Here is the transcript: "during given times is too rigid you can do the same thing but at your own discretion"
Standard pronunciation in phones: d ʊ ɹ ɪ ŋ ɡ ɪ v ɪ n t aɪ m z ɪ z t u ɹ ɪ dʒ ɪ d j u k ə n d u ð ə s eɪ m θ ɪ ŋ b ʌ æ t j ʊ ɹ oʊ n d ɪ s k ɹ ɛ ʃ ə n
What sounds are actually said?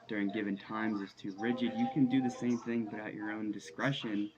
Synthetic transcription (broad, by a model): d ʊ ɹ ɪ ŋ ɡ ɪ v ɪ n t aɪ m z ɪ z t u ɹ ɪ dʒ ɪ d j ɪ k ə n d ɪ ð ə s eɪ m θ ɪ ŋ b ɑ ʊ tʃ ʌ ɹ oʊ n d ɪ s k ɹ ɛ ʃ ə n